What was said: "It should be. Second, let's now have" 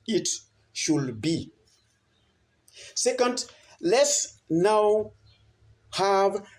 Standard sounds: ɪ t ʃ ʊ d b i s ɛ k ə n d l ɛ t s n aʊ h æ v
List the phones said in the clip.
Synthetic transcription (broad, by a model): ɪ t ʃ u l b i s ɛ k ə n d l ɛ t s n aʊ h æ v